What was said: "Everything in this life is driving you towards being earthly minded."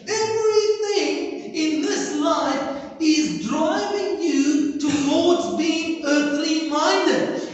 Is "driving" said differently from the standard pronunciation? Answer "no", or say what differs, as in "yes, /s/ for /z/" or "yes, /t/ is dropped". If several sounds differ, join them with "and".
yes, /p/ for /v/